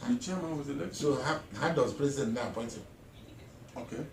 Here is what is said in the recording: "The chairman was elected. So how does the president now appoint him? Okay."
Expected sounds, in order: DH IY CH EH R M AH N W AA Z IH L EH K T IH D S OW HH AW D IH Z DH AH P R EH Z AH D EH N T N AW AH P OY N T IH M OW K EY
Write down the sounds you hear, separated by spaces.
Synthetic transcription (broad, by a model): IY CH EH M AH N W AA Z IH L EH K S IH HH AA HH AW D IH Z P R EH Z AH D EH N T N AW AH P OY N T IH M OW K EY